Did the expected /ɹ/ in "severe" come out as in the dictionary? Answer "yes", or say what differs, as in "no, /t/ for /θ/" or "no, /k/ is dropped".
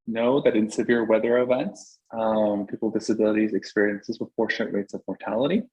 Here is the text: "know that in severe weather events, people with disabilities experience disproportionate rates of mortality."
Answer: yes